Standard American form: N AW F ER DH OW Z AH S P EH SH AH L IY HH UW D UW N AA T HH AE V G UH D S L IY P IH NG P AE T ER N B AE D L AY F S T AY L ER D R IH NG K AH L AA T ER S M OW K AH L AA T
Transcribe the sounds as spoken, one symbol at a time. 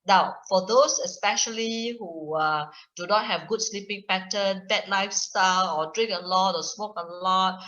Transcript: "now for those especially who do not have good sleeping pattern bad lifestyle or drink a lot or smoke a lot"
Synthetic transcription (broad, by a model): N AW F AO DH OW S AH S P EH SH AH L IY HH UW D UW N AA T HH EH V G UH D S L IY P IH NG P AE T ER N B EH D L AY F S T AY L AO D R IH NG K AH L AA T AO S M OW K AH L AA T